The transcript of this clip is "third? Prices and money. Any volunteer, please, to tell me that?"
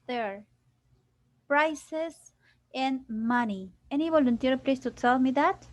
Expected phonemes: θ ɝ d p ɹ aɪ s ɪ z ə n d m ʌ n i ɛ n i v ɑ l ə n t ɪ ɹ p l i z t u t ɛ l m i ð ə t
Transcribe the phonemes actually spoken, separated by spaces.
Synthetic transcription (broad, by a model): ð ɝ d p ɹ aɪ s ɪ s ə n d m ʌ n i ɛ n i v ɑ l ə n t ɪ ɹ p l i s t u s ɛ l m i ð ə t